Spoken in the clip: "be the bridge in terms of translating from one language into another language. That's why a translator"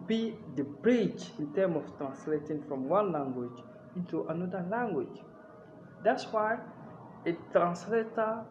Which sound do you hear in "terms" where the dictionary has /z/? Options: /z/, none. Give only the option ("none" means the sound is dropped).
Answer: none